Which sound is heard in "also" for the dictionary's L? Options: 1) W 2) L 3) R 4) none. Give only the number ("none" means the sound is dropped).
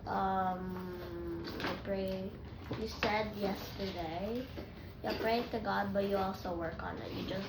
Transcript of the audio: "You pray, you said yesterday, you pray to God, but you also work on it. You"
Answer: 4